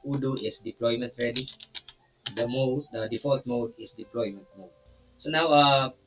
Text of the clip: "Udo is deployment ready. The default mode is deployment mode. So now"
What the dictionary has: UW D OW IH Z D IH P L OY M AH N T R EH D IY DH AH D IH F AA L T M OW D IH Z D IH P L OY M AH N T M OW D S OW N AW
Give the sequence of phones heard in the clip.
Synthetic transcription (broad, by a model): UW D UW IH S D IH P L OY M AH N T R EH D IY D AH D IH F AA T M OW D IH S D IH P L OY M AH N T M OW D S OW N AW